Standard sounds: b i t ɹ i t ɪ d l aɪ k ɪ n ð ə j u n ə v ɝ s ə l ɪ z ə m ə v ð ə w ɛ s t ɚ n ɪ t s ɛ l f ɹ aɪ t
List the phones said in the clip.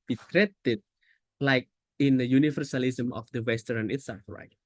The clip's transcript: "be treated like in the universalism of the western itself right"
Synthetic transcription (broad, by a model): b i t ɹ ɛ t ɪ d l aɪ k ɪ n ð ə j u n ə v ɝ s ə l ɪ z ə m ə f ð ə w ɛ s t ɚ n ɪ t s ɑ f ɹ aɪ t